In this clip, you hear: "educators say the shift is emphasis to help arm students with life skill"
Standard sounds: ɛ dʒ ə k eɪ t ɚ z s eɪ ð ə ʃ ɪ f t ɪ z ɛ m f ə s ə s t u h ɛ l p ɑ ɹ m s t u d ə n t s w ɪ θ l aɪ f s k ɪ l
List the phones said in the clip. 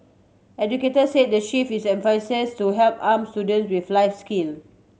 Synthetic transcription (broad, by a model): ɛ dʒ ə k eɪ t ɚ s eɪ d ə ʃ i f ɪ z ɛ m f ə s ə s t u h ɛ l p ɑ m s t u d ə n t s w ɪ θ l aɪ f s k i l